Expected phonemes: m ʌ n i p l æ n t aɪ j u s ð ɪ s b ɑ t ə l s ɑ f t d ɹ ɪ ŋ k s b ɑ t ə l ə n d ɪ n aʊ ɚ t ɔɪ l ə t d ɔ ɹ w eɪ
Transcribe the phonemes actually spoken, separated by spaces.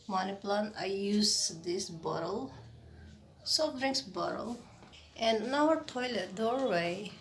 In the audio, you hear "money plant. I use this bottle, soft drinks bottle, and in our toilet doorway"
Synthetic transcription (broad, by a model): m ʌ n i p l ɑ n aɪ j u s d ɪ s b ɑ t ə l s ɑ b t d ɹ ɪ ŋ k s b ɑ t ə l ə n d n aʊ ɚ t ɔɪ l ə t d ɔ ɹ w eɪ